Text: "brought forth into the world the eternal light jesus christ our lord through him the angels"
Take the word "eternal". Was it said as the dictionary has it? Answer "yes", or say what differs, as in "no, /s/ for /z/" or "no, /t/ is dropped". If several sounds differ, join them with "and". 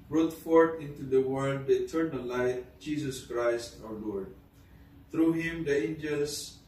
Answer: no, /n/ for /l/